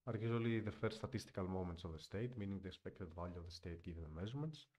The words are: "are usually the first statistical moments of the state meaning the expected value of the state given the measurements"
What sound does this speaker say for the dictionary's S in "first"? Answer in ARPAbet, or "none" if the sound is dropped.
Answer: none